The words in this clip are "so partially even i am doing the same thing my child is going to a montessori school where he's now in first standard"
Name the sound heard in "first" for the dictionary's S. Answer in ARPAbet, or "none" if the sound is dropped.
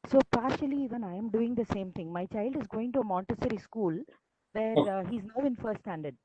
none